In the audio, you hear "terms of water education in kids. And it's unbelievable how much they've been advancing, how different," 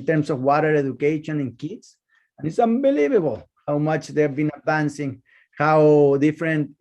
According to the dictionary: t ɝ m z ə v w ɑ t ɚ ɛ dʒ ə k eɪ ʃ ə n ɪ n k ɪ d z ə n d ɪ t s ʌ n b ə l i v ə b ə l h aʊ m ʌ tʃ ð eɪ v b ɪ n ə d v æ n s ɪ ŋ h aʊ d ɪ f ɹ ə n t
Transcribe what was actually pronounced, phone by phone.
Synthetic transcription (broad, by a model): t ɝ m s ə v w ɑ t ɚ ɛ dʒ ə k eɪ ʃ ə n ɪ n k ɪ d s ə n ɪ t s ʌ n b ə l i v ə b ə l h aʊ m ʌ tʃ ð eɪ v b ɪ n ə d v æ n s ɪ ŋ h aʊ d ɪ f ɹ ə n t